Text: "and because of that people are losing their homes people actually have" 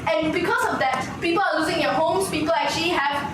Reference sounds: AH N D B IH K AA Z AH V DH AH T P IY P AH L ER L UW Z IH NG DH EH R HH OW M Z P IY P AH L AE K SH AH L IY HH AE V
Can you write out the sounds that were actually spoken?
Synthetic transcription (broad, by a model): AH N B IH K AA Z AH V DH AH T P IY P AH L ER L UW Z IH NG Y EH HH OW M S P IY P AH L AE K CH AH L IY HH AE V